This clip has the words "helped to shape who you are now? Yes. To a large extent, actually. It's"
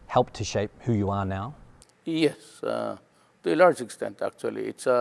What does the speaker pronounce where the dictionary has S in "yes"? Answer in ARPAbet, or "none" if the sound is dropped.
S